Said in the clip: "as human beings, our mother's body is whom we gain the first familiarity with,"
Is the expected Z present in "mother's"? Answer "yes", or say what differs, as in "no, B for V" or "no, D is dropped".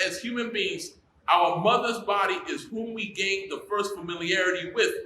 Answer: yes